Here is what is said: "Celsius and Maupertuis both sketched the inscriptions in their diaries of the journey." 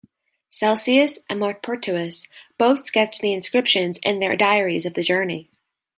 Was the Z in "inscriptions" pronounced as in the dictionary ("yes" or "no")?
yes